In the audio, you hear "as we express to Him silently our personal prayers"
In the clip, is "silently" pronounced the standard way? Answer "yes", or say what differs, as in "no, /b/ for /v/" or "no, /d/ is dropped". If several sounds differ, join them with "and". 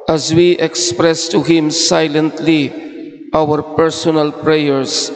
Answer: yes